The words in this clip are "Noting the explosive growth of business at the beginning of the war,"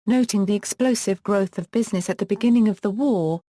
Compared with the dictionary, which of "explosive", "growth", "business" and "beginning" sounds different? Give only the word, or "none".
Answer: none